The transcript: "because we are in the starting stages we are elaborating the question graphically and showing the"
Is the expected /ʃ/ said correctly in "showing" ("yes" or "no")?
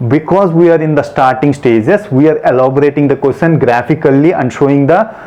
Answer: yes